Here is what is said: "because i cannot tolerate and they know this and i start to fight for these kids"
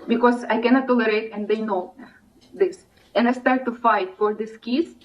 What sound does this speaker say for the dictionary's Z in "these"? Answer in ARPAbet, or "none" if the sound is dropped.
S